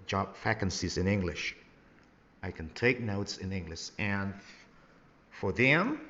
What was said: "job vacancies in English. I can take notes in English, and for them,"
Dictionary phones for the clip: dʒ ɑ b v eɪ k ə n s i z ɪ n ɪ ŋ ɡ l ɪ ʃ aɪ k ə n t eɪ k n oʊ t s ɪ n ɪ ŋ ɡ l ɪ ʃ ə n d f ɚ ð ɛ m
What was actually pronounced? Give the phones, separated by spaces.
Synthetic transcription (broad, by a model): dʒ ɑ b f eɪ k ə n s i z ɪ n ɪ ŋ ɡ l ɪ ʃ aɪ k ə n t eɪ k n oʊ t s ɪ n ɪ ŋ ɡ l ɪ ʃ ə n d f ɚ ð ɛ m